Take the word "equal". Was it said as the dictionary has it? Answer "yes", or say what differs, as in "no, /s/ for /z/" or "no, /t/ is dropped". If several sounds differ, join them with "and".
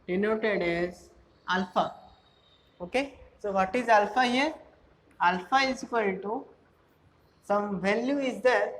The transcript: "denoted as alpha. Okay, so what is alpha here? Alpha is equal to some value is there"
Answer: no, /n/ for /l/